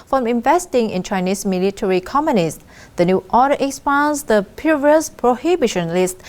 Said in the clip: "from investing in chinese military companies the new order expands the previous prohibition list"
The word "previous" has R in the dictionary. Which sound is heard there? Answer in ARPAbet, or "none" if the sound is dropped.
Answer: none